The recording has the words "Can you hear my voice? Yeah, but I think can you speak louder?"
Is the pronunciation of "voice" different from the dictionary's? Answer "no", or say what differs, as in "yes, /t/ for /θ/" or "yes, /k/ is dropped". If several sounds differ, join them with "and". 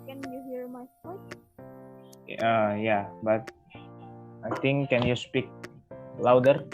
yes, /p/ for /v/